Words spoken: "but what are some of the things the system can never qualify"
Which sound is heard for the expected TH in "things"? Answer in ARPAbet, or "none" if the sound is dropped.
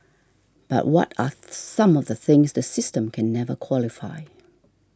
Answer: TH